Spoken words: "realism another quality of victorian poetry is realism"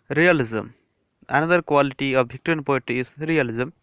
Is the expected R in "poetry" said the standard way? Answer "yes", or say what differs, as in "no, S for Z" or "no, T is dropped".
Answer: no, R is dropped